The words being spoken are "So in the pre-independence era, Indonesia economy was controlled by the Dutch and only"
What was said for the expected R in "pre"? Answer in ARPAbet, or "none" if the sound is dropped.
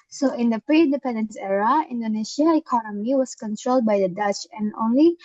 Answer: R